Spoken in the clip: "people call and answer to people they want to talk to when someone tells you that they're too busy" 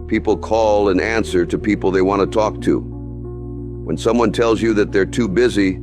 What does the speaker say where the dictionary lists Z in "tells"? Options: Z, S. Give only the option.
Z